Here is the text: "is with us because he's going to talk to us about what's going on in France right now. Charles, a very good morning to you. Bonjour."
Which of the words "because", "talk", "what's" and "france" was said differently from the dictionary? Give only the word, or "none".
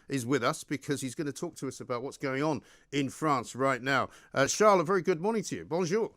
none